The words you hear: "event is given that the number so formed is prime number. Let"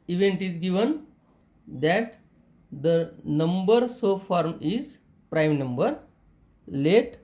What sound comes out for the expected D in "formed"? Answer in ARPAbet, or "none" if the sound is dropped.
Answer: none